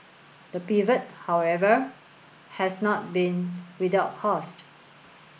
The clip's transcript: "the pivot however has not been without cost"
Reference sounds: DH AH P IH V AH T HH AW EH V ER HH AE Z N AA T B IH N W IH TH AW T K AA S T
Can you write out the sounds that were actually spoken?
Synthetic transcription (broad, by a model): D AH P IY V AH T HH AW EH V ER HH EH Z N AA T B IH N W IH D AW T K AA S T